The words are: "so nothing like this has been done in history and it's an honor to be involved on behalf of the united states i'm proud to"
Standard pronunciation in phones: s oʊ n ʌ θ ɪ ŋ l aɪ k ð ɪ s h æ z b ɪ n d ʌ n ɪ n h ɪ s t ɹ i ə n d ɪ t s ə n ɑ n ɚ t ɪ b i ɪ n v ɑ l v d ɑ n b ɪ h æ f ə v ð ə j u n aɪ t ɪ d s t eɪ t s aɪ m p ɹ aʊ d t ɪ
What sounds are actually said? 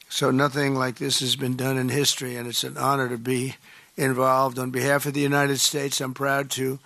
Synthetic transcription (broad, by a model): s oʊ n ʌ θ ɪ ŋ l aɪ k ð ɪ s h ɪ z b ɪ n d ʌ n ɪ n h ɪ s t ɹ i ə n ɪ t s ə n ɑ n ɚ t ɪ b i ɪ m v ɑ l v d n b ɪ h æ f ə v ð ə j u n aɪ t ɪ d s t eɪ t s aɪ m p ɹ aʊ d t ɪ